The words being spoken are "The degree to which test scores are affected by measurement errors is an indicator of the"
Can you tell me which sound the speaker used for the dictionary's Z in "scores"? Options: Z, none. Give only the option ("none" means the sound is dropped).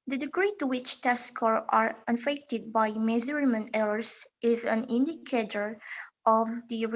none